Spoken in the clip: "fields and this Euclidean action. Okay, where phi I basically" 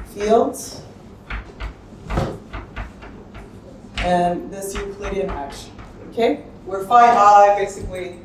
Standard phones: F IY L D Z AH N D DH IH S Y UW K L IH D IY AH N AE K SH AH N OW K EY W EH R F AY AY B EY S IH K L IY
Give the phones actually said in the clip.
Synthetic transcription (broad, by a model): F IY L D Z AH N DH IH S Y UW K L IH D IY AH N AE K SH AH UH K EY W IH R F AY AY B EY S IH K L IY